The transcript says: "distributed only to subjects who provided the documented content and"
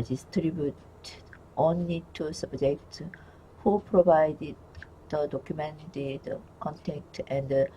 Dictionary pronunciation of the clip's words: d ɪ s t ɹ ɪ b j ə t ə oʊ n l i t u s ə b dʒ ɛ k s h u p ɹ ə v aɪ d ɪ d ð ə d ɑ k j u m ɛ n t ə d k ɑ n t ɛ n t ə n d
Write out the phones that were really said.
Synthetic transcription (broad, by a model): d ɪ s t ɹ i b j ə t oʊ n l i t u s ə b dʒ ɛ k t h u p ɹ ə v aɪ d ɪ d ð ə d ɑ k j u m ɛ n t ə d k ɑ n t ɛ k t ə n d